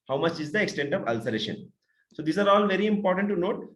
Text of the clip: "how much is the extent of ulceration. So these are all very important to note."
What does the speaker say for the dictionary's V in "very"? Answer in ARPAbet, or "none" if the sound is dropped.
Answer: V